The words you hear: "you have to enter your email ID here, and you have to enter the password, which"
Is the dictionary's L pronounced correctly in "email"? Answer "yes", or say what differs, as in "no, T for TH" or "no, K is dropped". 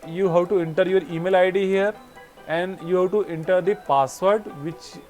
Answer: yes